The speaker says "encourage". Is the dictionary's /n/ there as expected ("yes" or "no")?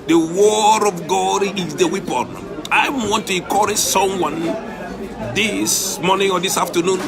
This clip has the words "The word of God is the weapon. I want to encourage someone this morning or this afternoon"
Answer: no